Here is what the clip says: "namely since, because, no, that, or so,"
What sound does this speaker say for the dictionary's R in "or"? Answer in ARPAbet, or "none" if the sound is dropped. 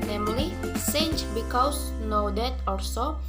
L